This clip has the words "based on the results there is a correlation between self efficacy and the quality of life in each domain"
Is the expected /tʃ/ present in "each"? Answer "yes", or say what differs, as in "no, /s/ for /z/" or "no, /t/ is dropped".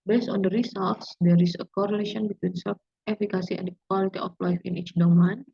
yes